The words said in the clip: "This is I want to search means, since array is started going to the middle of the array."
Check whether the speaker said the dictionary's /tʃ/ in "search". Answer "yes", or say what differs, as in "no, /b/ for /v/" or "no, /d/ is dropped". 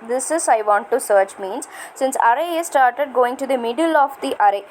yes